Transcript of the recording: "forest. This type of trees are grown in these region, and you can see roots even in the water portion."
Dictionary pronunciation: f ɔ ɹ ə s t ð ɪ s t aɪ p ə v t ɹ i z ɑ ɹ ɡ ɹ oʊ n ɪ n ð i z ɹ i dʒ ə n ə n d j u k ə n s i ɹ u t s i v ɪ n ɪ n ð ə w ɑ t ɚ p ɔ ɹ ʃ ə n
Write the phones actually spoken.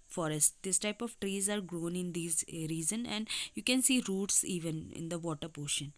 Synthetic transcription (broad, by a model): f ɔ ɹ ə s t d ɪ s t aɪ p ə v t ɹ i z ɑ ɹ ɡ ɹ oʊ n ɪ n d i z ɹ i z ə n ə n d j u k ə n s i ɹ u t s i v ɪ n ɪ n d ə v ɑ t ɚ p ɔ ʃ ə n